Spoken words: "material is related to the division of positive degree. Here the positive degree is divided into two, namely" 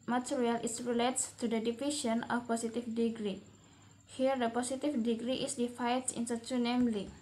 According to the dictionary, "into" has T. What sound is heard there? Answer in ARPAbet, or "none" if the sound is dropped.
S